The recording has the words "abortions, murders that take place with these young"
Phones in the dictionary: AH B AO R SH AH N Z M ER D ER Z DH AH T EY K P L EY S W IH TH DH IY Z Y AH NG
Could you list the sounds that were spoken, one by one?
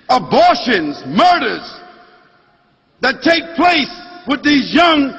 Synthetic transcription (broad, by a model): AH B AO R SH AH N Z M ER D ER Z DH AH T EY K P L EY S W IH DH IY Z Y AH NG